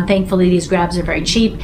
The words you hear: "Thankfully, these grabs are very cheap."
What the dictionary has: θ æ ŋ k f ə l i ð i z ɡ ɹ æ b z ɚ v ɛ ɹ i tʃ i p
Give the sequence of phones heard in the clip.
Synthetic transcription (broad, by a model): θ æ ŋ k f l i ð i z ɡ ɹ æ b z ɚ v ɛ ɹ i tʃ i p